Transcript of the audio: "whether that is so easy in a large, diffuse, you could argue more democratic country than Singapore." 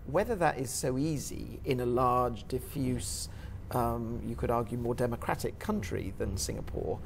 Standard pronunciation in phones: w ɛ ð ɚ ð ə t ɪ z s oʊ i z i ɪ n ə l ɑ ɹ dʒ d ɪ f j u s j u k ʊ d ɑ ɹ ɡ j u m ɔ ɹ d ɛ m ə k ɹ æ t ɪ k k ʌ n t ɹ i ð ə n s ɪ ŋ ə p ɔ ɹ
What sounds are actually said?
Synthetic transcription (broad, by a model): w ɛ ð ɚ ð ə t ɪ z s oʊ i z i ɪ n ə l ɑ ɹ dʒ d ɪ f j u s j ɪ k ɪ d ɑ ɹ ɡ j u m ɔ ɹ d ɛ m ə k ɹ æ t ɪ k k ʌ n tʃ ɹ i ð ə n s ɪ ŋ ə p ɔ ɹ